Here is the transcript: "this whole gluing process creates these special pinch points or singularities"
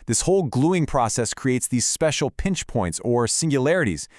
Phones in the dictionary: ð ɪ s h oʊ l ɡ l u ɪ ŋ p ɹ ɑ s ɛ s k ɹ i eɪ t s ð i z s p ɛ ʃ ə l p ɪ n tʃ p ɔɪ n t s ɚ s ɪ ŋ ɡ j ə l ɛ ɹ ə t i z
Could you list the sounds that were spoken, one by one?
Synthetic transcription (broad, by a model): ð ɪ s h oʊ l ɡ l u ɪ ŋ p ɹ ɑ s ɛ s k ɹ i eɪ t s ð i z s p ɛ ʃ l p ɪ n tʃ p ɔɪ n t s ɚ s ɪ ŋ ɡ j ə l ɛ ɹ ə t i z